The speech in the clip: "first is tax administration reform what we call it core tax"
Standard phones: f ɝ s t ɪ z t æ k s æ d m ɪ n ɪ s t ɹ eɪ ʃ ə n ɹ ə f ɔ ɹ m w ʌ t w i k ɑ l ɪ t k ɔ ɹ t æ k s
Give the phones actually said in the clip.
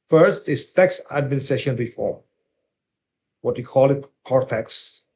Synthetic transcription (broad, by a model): f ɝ s t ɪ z t æ k s æ d m ɪ n ɪ s t ɹ eɪ ʃ ə n ɹ ə f ɔ ɹ m w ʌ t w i k ɑ l ɪ t k ɔ ɹ t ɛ k s